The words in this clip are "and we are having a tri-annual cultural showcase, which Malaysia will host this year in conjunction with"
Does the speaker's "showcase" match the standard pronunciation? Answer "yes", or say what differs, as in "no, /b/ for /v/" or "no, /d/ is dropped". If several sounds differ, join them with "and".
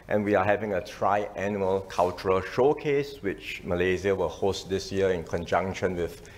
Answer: yes